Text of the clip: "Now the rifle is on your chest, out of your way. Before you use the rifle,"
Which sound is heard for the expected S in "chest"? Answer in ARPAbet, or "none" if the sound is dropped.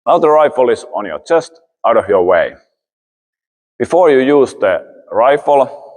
S